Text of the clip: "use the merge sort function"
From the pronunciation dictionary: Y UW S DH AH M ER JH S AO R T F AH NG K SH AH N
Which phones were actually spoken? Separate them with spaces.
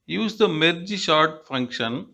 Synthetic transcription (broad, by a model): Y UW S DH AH M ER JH SH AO R T F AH NG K SH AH N